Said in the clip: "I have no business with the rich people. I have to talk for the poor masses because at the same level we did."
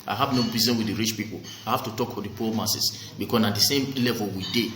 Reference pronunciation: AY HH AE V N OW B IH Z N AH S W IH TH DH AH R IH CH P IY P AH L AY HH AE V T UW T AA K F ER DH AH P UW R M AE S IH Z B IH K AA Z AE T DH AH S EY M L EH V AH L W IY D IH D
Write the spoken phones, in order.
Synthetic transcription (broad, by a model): AY HH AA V N OW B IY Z AH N W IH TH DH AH R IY CH P IY P AH L AY HH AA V T UW T AA K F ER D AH P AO M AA S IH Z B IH K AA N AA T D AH S EY M L EH V AH L W IY D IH